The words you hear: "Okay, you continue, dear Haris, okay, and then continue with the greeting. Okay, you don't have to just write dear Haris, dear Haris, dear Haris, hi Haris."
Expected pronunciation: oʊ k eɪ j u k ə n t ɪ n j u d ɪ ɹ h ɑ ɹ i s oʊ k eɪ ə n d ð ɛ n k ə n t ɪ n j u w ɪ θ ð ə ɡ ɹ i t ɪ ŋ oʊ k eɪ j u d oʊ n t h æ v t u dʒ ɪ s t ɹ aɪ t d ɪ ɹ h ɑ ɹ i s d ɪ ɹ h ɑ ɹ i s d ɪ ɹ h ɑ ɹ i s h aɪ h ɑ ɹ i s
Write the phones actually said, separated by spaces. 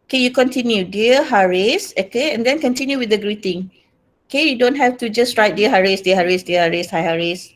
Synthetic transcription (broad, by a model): oʊ k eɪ j u k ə n t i n j u d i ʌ h ɑ ɹ i s oʊ k eɪ ə n d ɛ n k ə n t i n j u w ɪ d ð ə ɡ ɹ i t ɪ ŋ oʊ k eɪ j u d oʊ n t h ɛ f t u dʒ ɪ s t ɹ aɪ t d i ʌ h ɑ ɹ i s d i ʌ h ɑ ɹ i s d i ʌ h ɑ ɹ i s h aɪ h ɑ ɹ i s